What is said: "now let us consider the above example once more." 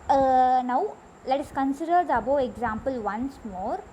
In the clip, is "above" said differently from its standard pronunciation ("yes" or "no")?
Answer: yes